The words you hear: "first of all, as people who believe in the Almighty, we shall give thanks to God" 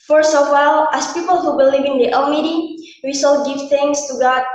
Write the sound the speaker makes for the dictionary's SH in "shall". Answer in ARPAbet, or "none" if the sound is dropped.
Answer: S